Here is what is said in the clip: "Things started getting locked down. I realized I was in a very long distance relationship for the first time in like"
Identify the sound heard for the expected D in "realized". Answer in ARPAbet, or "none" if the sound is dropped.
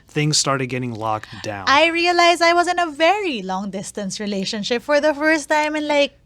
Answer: none